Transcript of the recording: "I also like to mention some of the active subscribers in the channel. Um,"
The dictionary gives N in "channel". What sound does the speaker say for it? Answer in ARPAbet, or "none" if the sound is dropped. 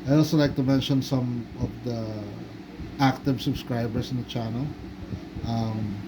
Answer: N